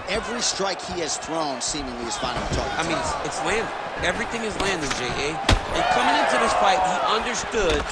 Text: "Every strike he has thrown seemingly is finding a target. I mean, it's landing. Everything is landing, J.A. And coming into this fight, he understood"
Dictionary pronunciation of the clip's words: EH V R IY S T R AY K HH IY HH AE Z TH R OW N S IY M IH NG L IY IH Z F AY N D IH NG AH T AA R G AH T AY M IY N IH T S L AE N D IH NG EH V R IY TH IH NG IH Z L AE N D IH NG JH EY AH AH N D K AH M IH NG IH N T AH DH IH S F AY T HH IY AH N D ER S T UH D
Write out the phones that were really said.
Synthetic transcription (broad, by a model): EH V R IY S T R AY K HH IY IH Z TH R OW N S IY M IH NG L IY IH Z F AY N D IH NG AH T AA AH IH M IY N IH T S L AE N D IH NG EH V R IY TH IH NG IH Z L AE N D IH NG JH EY AH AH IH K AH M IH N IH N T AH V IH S F AY T HH IY AH N D ER S T UH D